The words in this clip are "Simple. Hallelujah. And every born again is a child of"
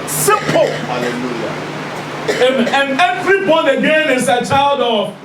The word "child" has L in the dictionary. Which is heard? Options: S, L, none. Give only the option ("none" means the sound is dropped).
L